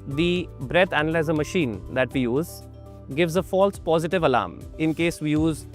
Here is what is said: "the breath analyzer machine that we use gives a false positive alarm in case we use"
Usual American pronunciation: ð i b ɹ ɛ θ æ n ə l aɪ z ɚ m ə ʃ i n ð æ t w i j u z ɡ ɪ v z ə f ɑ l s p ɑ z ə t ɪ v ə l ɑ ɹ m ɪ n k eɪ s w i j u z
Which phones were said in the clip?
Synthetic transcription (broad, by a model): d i b ɹ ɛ t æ n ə l aɪ z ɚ m ə ʃ i n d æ t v i j u z ɡ ɪ v z ə f ɑ l s p ɑ z ə t ɪ v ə l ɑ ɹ m ɪ n k eɪ s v i j u z